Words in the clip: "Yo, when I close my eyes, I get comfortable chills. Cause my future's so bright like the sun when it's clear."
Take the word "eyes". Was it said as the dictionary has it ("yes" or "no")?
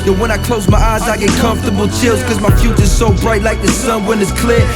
yes